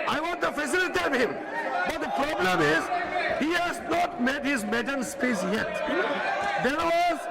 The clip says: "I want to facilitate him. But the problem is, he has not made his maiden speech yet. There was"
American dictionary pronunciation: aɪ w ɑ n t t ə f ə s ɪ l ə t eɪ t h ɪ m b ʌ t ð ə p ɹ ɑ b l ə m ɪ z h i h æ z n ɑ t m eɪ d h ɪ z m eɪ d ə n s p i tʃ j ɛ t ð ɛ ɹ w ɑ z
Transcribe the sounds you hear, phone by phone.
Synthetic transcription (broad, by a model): aɪ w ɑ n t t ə f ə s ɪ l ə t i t h ɪ m b ʌ t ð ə p ɹ ɑ b l ə m ɪ z h i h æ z n ɑ t m eɪ d h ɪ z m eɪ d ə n s p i s j ɛ t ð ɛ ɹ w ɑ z